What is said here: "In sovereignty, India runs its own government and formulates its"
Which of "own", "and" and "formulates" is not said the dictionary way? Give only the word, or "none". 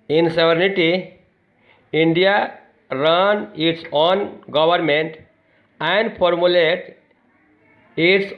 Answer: formulates